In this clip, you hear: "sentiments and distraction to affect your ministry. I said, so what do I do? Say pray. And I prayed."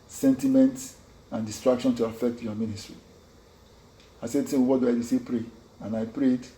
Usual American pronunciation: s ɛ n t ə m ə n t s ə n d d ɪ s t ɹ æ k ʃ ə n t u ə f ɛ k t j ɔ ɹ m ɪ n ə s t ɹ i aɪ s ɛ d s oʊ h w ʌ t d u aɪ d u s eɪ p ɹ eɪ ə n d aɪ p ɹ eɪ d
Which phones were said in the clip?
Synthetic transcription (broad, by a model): s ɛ n t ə m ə n t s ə n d d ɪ s t ɹ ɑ k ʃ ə n t u ə f ɛ k t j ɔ m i n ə s t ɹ i aɪ s ɛ d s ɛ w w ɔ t d u aɪ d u s eɪ p ɹ eɪ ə n aɪ p ɹ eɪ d